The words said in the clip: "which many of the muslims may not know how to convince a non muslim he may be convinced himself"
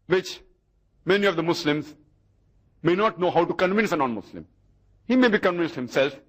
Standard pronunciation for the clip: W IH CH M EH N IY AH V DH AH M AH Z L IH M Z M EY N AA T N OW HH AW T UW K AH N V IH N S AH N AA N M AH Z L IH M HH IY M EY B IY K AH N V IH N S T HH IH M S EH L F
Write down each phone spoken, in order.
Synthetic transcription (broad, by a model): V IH CH M EH N IY AH V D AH M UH S L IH M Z M EY N AA T N OW HH AW T UW K AH N V IH N S AH N AA N M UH S L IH M HH IY M EY B IY K AH N V IH N S T HH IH M S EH L F